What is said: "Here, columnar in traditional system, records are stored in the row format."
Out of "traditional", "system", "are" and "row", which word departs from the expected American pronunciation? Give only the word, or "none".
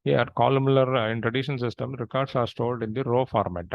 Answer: traditional